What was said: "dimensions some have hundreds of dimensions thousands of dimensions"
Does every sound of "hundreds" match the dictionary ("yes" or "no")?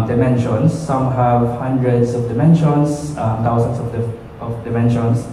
no